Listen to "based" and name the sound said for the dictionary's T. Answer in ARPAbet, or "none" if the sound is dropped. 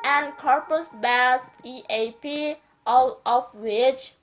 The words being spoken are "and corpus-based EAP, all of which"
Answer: none